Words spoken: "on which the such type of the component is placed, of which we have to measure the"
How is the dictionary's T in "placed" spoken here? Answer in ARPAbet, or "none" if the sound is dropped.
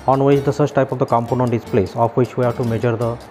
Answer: none